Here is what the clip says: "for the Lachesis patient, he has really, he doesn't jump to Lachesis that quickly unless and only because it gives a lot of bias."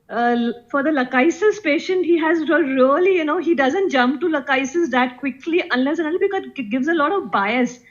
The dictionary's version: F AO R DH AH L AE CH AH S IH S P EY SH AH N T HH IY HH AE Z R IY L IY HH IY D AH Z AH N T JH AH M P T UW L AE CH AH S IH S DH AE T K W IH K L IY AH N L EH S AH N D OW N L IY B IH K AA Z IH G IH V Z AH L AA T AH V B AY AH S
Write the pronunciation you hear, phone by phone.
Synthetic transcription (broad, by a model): F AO R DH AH L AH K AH S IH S P EY SH AH N T HH IY HH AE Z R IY L IY HH IY D AH Z AH N T JH AH M P T UW L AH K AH S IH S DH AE T K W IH K L IY AH N L EH S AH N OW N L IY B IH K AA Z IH G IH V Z AH L AA T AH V B AY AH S